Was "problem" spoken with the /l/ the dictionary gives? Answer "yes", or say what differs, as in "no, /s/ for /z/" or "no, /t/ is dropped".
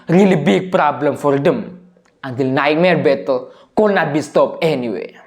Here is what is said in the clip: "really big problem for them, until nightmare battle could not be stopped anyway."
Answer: yes